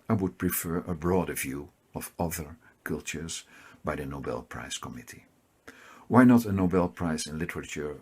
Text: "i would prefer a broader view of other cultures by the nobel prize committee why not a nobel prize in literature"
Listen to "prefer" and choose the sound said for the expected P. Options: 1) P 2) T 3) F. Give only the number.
1